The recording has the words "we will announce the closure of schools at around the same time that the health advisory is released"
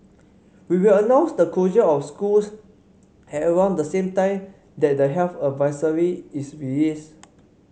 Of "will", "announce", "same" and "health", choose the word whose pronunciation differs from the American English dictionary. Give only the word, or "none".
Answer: health